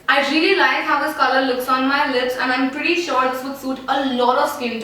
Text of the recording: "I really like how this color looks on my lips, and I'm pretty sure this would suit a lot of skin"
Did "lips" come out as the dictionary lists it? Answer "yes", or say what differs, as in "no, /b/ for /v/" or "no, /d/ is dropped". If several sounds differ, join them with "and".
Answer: yes